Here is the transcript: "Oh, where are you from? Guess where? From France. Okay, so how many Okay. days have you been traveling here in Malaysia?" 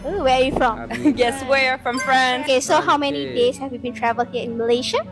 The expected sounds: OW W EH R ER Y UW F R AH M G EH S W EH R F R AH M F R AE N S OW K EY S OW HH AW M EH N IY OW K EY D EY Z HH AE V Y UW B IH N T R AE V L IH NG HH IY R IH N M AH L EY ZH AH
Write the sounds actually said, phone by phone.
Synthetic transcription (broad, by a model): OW W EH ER Y UW F R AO M G EH S W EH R F R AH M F R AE N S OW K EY S OW HH AW M EH N IY D EY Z HH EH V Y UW B IH N T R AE V IH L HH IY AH IH N M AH L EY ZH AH